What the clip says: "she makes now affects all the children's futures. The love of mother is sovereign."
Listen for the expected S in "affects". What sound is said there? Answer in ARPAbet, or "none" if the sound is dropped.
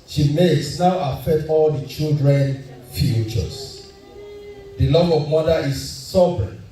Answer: none